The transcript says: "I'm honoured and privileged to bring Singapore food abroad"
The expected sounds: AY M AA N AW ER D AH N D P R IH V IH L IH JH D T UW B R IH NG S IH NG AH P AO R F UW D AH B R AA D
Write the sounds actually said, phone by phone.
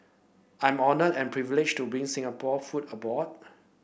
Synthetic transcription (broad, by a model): AY M AA N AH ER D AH N P R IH V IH L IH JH T UW B R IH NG S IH NG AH P AO F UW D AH B AA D